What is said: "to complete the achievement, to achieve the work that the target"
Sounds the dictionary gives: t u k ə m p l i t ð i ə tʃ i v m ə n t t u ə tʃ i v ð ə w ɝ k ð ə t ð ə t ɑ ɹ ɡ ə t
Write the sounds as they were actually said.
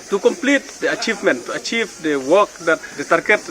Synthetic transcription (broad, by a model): t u k ə m p l i t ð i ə tʃ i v m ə n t t u ə tʃ i v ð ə w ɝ k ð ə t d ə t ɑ ɹ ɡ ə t